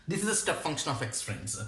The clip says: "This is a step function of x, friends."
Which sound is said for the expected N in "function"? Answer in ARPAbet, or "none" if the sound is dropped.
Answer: N